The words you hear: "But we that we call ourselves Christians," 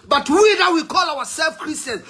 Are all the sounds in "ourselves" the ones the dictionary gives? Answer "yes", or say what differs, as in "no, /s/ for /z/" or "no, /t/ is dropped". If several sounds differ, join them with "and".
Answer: no, /w/ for /ɹ/